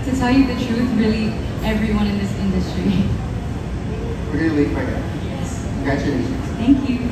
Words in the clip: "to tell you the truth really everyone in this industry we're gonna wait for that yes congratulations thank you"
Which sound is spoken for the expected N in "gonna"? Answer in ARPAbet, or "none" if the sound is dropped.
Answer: L